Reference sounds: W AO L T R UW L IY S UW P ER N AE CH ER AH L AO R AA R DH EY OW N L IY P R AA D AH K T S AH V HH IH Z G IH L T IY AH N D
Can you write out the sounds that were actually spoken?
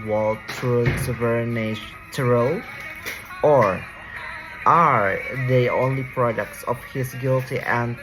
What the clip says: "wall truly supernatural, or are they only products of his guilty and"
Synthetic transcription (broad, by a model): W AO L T UW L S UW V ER N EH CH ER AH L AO R AA R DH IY OW N L IY P R AA D AH K T S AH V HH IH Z G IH L T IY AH N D